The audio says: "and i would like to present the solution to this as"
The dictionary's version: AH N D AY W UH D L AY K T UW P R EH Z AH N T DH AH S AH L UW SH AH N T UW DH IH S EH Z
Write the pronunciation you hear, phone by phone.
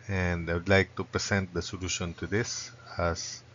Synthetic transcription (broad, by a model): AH N D AY W UH D L AY K T UW P R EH S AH N T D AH S AH L UW SH AH N T UW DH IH S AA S